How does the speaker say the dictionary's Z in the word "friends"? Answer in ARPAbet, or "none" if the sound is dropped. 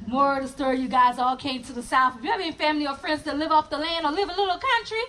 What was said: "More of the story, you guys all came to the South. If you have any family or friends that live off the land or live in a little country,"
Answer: Z